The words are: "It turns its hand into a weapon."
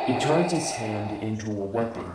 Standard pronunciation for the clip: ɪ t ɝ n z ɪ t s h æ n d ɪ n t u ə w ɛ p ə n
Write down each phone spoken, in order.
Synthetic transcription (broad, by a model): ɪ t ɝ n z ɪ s h æ n d ɪ n t u ə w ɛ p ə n